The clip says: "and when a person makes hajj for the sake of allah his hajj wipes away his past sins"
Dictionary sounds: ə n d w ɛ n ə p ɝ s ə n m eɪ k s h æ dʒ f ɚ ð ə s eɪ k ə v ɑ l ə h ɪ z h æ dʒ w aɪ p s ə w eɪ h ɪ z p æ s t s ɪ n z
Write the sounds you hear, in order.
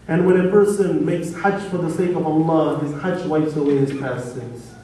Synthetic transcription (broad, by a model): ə n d w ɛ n ə p ɝ s ə n m eɪ k s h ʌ tʃ f ɚ ð ə s eɪ k ə v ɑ l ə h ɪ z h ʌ tʃ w aɪ f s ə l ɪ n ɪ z p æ s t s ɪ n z